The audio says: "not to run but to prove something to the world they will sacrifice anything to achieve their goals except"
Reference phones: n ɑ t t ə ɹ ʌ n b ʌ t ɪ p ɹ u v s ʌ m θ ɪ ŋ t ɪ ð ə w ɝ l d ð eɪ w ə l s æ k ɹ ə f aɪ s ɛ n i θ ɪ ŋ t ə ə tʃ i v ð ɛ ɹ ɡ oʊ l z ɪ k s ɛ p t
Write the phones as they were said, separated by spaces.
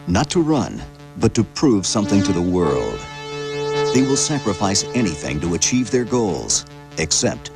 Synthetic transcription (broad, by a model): n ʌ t t ə ɹ ʌ n b ʌ t ɪ p ɹ u v s ʌ m θ ɪ ŋ t ɪ ð ə w ɝ l d ð eɪ w ə l s æ k ɹ ə f aɪ s ɛ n i θ ɪ ŋ t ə ə tʃ i v ð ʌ ɹ ɡ oʊ l z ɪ k s ɛ p t